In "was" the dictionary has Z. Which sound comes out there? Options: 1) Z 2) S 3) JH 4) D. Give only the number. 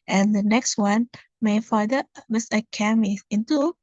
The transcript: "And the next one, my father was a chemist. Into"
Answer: 2